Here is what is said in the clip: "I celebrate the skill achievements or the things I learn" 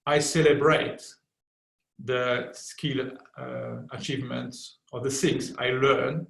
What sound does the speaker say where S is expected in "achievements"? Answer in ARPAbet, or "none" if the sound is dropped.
S